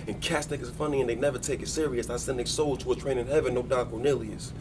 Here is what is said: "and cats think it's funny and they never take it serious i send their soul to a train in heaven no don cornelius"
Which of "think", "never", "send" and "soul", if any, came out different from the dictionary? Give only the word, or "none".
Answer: think